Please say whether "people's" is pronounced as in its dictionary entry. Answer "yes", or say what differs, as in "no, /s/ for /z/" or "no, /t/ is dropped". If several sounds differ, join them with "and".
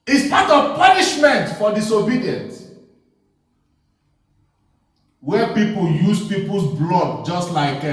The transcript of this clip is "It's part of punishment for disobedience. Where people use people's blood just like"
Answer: no, /s/ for /z/